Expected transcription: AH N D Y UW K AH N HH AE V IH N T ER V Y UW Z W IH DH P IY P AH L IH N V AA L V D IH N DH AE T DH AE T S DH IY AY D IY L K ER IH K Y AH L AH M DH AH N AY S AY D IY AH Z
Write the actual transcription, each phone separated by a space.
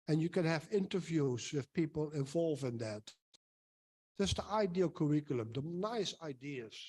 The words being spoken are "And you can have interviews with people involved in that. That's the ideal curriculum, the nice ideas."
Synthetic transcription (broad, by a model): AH N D Y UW K AH N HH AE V IH N T ER V Y UW Z W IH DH P IY P AH L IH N V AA L V IH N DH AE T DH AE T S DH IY AY D IY L K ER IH K Y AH L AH M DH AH N AY S AY D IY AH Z